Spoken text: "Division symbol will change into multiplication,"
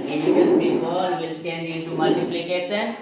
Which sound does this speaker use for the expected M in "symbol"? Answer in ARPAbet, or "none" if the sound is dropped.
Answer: none